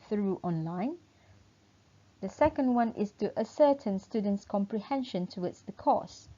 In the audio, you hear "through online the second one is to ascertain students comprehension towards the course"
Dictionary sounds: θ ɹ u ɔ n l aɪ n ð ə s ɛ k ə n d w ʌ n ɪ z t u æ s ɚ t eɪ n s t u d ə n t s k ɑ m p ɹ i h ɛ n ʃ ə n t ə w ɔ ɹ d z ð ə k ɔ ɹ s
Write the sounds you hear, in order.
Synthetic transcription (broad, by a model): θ ɹ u ɔ n l aɪ n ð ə s ɛ k ə n d w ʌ n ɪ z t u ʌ s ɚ t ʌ n s t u d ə n t s k ɑ m p ɹ i h ɛ n ʃ ə n t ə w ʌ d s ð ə k ɔ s